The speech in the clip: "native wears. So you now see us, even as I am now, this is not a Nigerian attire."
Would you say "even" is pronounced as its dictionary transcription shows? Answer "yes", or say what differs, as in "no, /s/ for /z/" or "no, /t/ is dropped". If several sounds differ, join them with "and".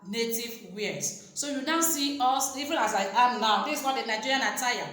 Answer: no, /l/ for /n/